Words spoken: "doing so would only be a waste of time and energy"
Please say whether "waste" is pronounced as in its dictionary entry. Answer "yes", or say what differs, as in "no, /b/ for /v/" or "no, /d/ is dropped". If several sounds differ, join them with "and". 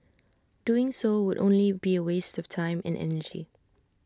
yes